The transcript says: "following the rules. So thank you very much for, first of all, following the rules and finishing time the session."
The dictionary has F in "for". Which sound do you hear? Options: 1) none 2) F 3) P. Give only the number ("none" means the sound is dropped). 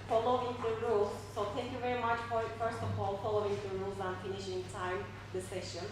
3